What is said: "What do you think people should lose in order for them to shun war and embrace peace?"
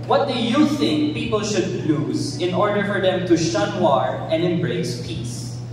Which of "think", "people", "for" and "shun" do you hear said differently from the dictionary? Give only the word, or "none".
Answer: none